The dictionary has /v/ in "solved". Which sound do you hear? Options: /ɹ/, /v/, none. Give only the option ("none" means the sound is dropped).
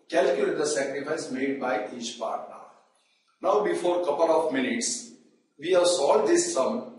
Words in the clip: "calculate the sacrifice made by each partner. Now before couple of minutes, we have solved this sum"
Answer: none